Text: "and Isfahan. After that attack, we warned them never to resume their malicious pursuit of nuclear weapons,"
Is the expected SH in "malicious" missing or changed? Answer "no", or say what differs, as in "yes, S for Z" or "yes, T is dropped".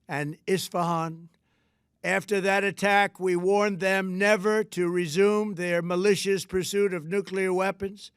no